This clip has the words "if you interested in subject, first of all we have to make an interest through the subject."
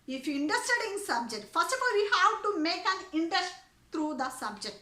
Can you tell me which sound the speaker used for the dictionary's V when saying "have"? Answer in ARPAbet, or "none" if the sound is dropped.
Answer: W